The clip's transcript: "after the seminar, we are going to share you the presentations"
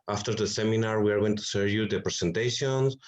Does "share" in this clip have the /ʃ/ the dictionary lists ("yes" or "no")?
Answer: no